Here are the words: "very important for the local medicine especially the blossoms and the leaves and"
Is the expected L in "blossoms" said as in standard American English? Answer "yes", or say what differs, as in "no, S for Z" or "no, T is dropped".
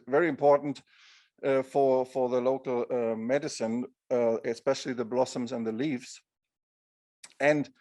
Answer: yes